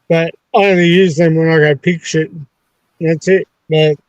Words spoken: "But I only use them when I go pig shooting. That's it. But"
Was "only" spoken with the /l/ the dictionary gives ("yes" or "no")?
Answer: no